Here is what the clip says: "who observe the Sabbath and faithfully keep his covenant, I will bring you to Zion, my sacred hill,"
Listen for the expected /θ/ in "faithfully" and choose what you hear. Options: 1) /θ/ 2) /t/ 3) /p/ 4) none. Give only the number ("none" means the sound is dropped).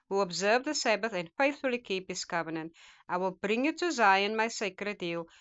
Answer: 1